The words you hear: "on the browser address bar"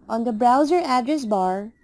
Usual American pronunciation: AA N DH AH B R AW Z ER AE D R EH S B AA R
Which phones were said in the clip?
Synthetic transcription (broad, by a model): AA N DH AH B R AW Z ER AE D R EH S B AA R